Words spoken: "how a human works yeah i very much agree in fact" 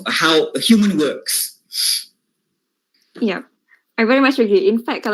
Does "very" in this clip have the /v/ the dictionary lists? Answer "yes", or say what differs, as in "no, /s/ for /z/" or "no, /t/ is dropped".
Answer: yes